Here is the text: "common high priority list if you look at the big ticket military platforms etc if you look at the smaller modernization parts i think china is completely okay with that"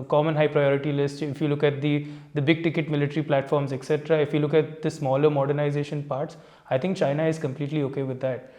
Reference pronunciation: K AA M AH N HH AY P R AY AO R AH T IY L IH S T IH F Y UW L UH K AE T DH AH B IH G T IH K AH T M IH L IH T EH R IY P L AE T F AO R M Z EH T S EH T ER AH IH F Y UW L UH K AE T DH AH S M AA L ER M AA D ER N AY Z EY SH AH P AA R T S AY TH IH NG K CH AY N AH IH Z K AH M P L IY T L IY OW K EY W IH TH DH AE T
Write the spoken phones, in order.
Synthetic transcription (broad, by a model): K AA M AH N HH AY P R AY AO R AH T IY L IH S T IH F Y UW L UH K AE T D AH B IH G T IH K AH T M IH L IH T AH R IY P L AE T F AO R M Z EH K S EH T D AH IH F Y UW L UH K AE T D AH S M AA L ER M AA D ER N AY Z EY SH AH P AA R T S AY T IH NG K CH AY N AH IH Z K AH M P L IY T L IY OW K EY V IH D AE T